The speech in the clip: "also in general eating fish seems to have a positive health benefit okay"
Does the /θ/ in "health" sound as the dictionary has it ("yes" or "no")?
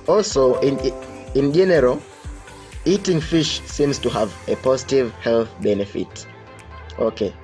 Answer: yes